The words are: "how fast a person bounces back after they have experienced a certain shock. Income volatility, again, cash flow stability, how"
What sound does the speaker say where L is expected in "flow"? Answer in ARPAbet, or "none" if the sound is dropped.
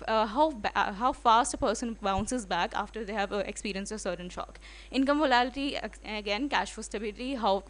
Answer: none